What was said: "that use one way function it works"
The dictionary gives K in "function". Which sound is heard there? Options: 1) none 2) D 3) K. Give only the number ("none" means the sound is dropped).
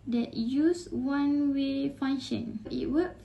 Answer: 1